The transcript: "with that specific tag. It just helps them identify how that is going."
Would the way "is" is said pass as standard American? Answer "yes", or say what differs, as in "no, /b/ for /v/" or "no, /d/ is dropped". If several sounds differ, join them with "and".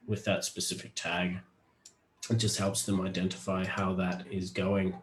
yes